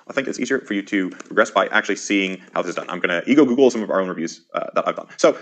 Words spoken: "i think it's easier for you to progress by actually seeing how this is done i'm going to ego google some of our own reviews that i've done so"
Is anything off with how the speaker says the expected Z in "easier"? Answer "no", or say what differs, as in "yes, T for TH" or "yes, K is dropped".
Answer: no